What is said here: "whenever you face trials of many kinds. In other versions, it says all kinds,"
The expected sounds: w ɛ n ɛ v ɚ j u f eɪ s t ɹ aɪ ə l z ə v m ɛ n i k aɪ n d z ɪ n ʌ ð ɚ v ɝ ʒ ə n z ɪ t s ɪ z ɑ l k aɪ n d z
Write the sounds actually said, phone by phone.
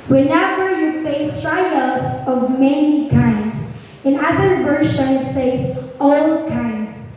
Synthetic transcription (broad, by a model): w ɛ n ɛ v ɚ j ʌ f eɪ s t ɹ aɪ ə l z ə v m ɛ n i k aɪ n d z ɪ n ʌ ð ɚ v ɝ ʃ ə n ɪ t s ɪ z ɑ l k aɪ n d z